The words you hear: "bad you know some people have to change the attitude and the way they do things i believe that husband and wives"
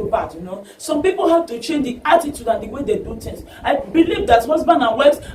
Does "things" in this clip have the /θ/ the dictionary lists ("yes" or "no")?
no